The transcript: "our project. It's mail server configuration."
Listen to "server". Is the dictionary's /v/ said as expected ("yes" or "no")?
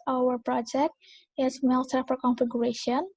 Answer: no